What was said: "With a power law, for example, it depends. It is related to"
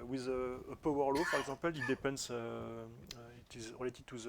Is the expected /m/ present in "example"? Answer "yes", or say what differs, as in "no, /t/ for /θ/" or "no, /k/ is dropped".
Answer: no, /m/ is dropped